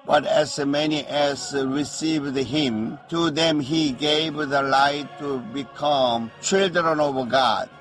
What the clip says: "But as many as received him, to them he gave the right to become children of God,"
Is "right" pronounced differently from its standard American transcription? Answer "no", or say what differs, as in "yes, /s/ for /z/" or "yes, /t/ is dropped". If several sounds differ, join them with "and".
yes, /l/ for /ɹ/